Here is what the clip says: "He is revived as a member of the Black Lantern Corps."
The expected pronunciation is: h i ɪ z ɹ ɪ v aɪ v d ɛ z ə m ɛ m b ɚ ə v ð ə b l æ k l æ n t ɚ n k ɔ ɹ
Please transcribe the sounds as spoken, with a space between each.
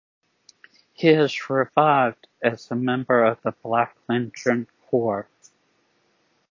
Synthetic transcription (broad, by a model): h i ɪ z ɹ ɪ v aɪ v d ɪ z ə m ɛ m b ɚ ə v ð ə b l æ k l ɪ n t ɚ n k ɔ ɹ